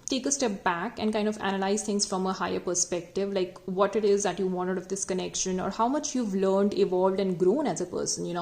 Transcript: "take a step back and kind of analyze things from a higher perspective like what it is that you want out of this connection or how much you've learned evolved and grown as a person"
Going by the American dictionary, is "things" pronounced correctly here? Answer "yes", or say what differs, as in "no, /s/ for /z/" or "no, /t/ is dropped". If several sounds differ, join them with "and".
no, /t/ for /θ/